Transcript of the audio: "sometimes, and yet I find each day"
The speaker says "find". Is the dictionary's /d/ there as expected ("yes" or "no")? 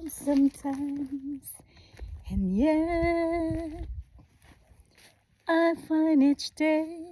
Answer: no